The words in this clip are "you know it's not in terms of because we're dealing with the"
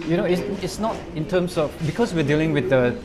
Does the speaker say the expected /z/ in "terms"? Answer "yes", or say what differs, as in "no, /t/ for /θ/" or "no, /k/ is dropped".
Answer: no, /s/ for /z/